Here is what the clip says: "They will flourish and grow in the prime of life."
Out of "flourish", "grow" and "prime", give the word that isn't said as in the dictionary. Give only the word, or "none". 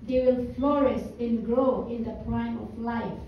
flourish